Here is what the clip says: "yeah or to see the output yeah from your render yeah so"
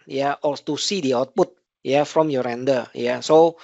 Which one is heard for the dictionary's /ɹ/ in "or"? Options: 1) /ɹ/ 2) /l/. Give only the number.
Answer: 2